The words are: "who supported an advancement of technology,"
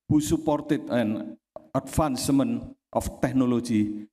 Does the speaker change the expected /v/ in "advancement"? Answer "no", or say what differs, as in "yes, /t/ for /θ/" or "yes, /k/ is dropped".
yes, /f/ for /v/